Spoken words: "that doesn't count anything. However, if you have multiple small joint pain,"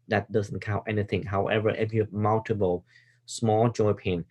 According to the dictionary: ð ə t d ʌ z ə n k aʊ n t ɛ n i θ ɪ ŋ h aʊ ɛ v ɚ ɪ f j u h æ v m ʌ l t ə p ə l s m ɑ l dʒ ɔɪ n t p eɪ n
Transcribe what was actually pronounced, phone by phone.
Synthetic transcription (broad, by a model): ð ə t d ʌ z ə n k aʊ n t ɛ n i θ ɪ ŋ h aʊ ɛ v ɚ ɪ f j u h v m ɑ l t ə b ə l s m ɑ l dʒ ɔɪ p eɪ n